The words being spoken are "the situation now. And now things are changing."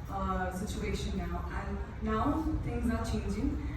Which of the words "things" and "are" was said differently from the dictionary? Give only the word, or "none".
things